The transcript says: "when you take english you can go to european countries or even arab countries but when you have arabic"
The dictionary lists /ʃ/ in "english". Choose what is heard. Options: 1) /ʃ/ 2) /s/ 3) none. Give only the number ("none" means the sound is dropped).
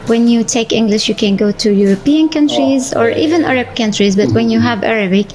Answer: 1